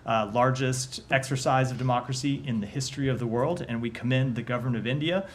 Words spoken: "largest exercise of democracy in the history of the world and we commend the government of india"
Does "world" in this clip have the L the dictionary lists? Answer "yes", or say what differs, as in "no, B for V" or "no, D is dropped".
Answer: yes